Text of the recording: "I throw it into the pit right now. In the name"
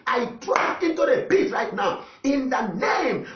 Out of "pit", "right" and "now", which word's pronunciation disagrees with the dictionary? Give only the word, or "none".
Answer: pit